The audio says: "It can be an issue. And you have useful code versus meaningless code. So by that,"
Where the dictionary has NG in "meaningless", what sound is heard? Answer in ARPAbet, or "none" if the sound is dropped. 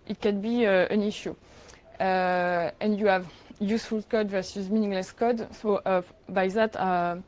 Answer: NG